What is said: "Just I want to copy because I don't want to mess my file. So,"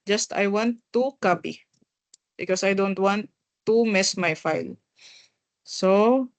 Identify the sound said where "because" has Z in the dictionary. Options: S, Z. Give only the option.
S